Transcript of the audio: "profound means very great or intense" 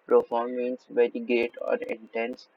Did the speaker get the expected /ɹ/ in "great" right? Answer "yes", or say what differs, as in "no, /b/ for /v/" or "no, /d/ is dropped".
no, /ɹ/ is dropped